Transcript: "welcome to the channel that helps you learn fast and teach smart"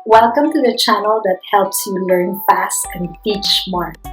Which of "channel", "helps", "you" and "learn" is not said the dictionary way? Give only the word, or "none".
none